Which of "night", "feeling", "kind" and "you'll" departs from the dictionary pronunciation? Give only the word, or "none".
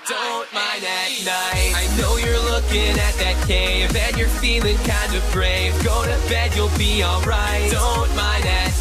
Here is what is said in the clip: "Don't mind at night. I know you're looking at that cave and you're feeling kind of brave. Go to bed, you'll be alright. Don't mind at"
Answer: night